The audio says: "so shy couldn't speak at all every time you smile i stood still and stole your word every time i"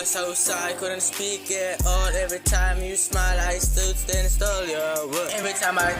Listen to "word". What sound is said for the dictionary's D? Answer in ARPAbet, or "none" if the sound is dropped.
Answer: none